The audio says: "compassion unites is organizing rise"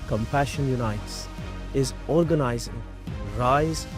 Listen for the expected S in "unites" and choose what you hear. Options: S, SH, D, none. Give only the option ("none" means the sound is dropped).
S